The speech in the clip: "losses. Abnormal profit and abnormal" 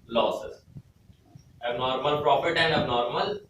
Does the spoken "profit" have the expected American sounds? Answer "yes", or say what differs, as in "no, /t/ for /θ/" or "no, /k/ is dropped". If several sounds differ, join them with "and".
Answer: no, /p/ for /f/